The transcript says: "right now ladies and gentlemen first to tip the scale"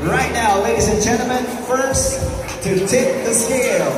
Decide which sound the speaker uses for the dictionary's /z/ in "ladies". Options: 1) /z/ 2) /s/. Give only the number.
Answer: 1